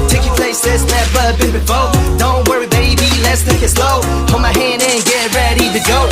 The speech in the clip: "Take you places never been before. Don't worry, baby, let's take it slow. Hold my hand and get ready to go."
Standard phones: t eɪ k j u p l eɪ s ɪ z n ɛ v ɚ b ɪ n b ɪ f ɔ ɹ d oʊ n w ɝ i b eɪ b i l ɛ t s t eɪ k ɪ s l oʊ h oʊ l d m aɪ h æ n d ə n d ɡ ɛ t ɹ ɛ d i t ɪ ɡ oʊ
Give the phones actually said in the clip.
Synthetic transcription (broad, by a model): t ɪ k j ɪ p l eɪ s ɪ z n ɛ p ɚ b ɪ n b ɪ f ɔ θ d oʊ n w ɝ i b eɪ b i l ɛ t s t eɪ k ɪ s l oʊ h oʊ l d m aɪ h æ n d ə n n ɡ ɛ t ɹ ɛ d i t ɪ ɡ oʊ